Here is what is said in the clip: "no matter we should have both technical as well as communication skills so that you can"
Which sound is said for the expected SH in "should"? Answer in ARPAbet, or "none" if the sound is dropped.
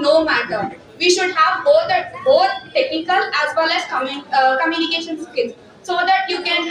SH